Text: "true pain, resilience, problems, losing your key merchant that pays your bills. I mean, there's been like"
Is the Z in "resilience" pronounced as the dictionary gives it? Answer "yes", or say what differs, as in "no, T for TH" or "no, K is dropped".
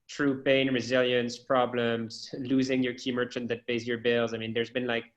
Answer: yes